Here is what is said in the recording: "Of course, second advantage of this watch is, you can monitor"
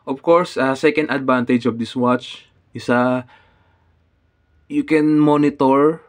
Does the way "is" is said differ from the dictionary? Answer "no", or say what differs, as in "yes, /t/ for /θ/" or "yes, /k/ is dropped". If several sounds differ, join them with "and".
yes, /s/ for /z/